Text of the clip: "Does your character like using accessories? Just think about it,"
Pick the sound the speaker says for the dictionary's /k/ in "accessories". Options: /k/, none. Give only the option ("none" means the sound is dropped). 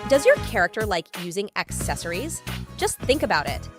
/k/